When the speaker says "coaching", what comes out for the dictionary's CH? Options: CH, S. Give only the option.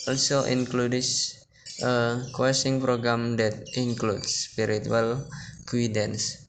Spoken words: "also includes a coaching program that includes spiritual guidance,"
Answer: S